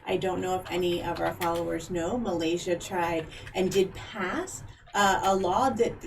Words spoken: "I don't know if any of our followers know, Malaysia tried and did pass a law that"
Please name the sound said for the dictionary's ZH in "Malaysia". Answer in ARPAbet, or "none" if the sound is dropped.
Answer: ZH